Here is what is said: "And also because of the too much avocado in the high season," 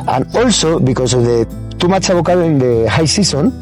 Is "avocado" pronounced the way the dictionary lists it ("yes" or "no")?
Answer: no